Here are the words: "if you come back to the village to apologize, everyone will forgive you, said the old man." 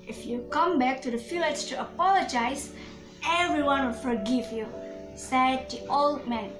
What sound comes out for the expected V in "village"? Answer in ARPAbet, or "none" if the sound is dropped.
F